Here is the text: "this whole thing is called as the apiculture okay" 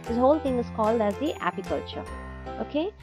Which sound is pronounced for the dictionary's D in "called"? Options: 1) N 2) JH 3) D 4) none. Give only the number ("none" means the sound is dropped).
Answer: 3